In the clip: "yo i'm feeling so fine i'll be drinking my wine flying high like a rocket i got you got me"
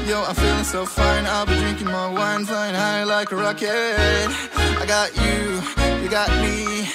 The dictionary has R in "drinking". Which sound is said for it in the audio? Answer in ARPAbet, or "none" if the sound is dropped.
R